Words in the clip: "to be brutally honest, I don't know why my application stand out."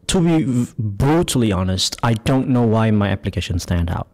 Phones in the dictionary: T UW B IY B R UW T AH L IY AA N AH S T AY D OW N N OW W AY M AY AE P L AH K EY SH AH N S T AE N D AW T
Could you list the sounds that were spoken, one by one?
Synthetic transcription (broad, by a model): T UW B IY B R UW T AH L IY AA N AH S T AY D OW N N OW W AY M AY AE P L AH K EY SH AH N S T AE N D AW T